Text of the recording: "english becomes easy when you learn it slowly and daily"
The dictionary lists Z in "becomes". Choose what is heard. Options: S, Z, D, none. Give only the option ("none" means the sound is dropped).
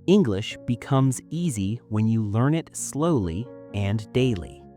Z